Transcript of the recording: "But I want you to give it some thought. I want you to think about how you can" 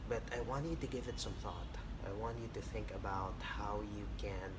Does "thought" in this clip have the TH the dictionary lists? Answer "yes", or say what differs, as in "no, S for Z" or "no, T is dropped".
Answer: yes